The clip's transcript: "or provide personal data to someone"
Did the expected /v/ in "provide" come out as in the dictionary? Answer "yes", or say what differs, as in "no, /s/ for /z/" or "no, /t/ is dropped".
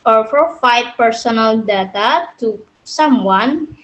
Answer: no, /f/ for /v/